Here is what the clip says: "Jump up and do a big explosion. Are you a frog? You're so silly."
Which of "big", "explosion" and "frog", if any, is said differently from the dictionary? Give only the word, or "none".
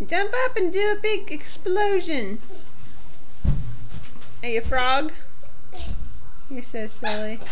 none